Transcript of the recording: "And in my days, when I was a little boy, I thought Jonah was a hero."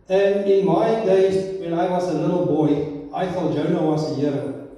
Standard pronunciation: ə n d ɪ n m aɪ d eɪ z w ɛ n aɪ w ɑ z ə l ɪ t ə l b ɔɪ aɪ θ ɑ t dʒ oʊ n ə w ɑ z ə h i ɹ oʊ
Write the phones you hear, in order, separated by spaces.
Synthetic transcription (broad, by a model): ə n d ɪ n m aɪ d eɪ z w ɛ n aɪ w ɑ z ə l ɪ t l b ɔɪ aɪ f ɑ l dʒ oʊ n ə w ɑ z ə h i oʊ